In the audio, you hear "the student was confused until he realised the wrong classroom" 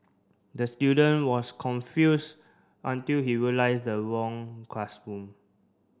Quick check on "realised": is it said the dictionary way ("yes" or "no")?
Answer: no